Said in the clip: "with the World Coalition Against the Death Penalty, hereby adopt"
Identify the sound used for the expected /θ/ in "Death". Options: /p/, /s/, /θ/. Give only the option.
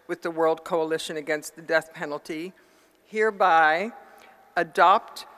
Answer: /θ/